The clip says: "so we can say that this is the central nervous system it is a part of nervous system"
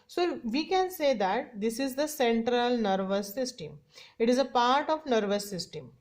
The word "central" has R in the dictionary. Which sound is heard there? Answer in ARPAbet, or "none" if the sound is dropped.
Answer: R